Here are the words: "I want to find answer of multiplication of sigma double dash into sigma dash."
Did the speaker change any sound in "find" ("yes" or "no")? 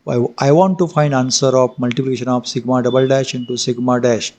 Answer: no